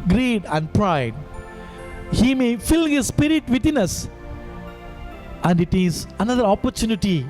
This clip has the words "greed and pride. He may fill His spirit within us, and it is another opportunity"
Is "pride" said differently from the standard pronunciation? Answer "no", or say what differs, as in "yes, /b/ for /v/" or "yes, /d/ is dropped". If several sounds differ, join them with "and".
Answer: no